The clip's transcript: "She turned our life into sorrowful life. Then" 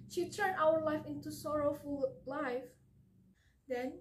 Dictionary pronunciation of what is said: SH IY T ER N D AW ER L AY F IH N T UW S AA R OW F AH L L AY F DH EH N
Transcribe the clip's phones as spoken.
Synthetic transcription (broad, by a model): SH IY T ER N AW ER L AY F IH N T UW S AA R OW F AH L L AY F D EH N